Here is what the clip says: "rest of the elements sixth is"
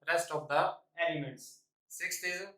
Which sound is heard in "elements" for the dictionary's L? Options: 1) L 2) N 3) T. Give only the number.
2